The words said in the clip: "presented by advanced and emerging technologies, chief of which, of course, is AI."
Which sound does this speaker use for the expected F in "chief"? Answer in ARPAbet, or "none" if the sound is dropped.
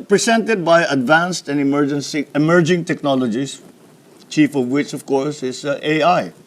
F